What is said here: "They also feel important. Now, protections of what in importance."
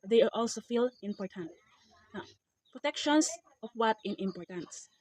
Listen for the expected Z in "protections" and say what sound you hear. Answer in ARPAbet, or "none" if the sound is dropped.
S